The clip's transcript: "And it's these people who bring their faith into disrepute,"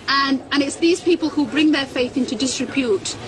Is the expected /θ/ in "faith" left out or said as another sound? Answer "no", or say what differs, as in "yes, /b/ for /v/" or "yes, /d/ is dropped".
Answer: no